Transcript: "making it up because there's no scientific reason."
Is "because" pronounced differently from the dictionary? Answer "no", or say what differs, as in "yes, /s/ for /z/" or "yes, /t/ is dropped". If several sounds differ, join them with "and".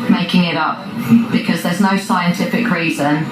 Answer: no